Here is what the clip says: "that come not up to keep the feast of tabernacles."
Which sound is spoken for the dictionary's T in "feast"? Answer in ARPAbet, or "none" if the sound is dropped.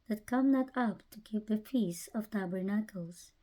none